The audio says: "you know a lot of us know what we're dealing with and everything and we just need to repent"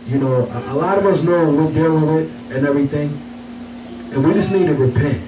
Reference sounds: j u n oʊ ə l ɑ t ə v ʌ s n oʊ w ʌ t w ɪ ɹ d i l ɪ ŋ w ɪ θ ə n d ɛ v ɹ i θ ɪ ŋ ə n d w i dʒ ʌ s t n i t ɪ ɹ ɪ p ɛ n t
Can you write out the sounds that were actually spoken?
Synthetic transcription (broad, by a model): j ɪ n oʊ ə l ɑ t ə v ʌ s n oʊ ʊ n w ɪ l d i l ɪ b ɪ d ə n ɛ v ɹ i θ ɪ ŋ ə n w i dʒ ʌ s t n i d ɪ ɹ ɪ p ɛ n t